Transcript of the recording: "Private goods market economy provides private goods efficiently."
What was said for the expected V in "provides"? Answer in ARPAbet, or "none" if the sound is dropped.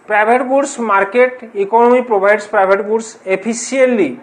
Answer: B